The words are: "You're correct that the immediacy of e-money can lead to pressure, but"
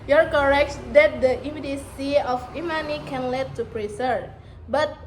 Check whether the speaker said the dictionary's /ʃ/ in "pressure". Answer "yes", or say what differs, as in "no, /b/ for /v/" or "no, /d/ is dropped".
no, /s/ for /ʃ/